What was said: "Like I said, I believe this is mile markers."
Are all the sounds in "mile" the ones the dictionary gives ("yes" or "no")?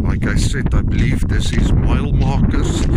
yes